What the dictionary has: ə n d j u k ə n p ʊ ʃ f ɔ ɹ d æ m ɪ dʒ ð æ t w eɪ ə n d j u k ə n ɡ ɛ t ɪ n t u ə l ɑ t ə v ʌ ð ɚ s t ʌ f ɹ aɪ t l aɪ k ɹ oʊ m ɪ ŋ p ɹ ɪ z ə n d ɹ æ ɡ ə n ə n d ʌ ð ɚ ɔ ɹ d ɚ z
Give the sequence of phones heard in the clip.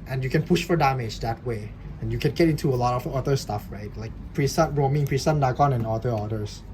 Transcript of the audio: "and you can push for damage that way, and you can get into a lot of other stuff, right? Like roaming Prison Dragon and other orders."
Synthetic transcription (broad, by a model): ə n j u k ə n p ʊ ʃ f ɔ ɹ d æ m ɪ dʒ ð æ t w eɪ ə n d j u k ə n ɡ ɛ t ɪ n t u ə l ɑ t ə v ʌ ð ɚ s t ʌ f ɹ aɪ t l aɪ k ɹ oʊ m ɪ ŋ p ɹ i s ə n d ɑ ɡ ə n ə n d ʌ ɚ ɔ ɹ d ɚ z